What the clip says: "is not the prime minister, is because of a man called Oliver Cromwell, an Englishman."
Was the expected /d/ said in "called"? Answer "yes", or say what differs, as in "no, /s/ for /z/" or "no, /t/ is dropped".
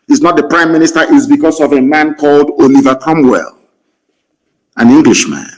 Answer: yes